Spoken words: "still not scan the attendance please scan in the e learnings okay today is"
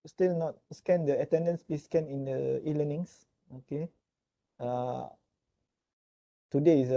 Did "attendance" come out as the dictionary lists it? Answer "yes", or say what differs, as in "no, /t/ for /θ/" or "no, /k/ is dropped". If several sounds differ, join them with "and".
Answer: yes